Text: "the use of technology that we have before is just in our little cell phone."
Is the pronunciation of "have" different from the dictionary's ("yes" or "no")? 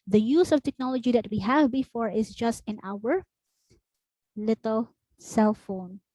no